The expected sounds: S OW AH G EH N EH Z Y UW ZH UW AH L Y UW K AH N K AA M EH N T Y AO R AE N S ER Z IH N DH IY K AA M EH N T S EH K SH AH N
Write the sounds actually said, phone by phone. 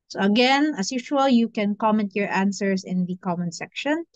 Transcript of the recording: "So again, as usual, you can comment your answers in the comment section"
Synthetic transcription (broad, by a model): S OW AH G EH N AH S Y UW SH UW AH L Y UW K AH N K AA M EH N T Y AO R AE N S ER S IH N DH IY K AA M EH N S EH K SH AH N